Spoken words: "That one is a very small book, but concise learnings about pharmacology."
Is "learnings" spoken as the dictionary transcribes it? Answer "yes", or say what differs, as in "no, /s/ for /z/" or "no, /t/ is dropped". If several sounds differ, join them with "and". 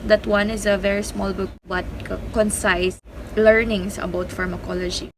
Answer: no, /s/ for /z/